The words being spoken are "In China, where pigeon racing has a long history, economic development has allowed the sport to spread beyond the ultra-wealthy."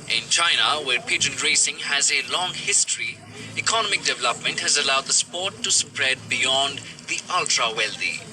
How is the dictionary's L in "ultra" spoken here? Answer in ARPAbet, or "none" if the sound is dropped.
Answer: L